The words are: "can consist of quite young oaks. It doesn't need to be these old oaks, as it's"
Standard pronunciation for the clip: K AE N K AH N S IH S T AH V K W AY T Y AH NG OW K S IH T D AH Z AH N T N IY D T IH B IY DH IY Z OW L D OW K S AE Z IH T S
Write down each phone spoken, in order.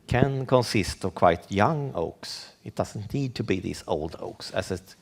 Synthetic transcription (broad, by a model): K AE N K AH N S IH S T AH V K W AY T Y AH NG OW K S IH T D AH S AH N T N IY D T IH B IY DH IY S OW L D OW K S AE S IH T